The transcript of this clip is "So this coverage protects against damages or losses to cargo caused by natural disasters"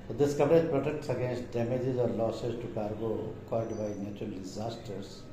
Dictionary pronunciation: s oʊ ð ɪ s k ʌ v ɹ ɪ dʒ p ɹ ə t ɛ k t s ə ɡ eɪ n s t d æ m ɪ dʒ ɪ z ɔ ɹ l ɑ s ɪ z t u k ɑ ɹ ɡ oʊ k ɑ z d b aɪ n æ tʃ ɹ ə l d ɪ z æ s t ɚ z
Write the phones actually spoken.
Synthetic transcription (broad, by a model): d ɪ s k ʌ v ɹ ɪ dʒ p ɹ ə t ɛ k t s ə ɡ eɪ n s t d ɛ m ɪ dʒ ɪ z ɔ ɹ l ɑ s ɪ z t u k ɑ ɹ ɡ oʊ k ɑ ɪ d b aɪ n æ tʃ ɹ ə l d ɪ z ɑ s t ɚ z